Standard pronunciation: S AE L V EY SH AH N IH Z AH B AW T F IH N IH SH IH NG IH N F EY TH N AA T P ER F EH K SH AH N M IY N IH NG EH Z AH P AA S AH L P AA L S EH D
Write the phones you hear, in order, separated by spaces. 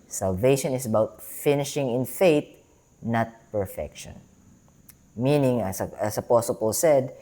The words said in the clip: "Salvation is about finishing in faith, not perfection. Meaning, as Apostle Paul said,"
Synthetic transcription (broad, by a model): S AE L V EY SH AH N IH S AH B AW T F IH N IH SH IH NG IH N F EY T N AA T P ER F EH K SH AH N M IY N IH NG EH S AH P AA S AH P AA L S EH D